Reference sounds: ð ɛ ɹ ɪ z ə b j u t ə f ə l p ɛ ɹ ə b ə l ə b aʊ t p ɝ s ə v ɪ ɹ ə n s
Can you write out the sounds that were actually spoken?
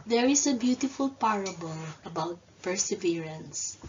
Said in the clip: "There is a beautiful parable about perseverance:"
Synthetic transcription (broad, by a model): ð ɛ ɹ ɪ s ə b j u t ə f ə l p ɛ ɹ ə b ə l ə b aʊ t p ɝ s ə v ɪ ɹ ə n s